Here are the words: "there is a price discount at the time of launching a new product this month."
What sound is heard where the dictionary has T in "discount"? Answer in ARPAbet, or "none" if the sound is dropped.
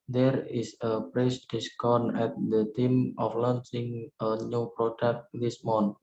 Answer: none